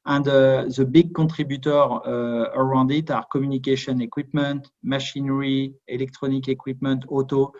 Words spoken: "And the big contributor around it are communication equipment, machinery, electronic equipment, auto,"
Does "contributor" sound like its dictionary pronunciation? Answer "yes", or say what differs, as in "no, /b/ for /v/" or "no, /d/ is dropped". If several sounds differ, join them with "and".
no, /n/ is dropped